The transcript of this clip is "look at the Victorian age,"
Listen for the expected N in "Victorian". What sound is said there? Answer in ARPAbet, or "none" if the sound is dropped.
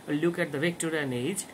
N